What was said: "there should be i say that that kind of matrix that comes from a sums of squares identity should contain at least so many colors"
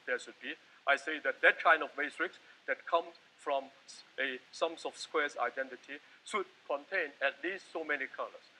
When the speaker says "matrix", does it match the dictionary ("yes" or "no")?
no